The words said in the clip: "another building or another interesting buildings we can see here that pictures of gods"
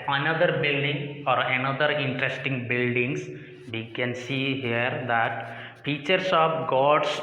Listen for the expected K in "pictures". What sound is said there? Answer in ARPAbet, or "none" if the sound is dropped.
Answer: none